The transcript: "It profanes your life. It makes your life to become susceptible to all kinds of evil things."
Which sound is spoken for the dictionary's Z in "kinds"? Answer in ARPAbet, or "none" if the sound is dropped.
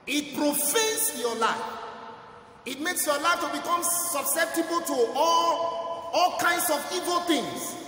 S